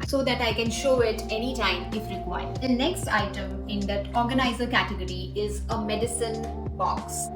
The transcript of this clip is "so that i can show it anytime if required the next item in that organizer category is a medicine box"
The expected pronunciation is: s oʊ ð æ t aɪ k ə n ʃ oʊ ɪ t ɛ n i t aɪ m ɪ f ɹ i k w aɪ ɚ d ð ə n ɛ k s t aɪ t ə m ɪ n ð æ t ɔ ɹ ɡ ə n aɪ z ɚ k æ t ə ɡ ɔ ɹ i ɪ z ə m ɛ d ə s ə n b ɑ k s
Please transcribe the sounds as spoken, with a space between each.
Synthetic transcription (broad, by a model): s oʊ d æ t aɪ k ə n ʃ oʊ ɪ t ɛ n i t aɪ m ɪ f ɹ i k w aɪ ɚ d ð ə n ɛ k s t aɪ t ə m ɪ n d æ t ɔ ɹ ɡ ə n aɪ z ɚ k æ t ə ɡ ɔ ɹ i ɪ z ə m ɛ d ə s ə n b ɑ k s